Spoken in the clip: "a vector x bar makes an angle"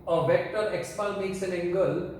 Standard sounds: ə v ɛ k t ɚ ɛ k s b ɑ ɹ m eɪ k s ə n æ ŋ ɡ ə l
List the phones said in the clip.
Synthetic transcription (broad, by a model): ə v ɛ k t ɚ ɛ k s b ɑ l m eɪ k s ə n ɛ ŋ ɡ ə l